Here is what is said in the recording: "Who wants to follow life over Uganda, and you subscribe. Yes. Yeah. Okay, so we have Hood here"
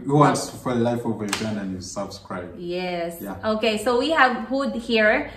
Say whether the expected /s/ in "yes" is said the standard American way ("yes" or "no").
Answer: yes